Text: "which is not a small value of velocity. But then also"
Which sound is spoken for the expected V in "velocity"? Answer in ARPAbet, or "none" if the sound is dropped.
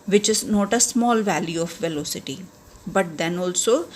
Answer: V